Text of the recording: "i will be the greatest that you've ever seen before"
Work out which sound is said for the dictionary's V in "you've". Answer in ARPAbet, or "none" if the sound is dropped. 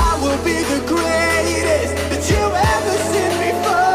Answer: none